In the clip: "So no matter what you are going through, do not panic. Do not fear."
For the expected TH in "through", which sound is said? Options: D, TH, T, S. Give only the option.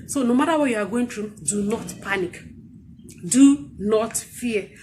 T